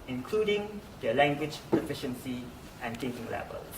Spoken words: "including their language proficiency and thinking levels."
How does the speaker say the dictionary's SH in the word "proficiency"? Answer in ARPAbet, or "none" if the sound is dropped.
SH